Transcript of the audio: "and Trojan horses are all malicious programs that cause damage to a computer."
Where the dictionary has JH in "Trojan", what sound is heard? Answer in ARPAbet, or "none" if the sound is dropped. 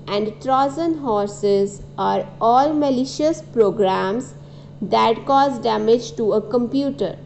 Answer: Z